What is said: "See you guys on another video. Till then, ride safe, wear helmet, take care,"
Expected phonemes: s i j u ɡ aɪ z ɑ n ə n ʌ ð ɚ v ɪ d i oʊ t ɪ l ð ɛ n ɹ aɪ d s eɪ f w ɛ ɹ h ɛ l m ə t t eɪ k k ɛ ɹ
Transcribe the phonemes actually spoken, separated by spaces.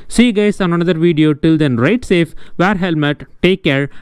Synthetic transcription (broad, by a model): s i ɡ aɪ s ɑ n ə n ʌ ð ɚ v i d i oʊ t ɪ l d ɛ n ɹ aɪ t s eɪ f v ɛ ɹ h ɛ l m ə t t eɪ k k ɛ ɹ